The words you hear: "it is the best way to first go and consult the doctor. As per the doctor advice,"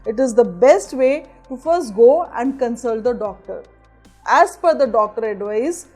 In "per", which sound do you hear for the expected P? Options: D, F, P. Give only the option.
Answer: F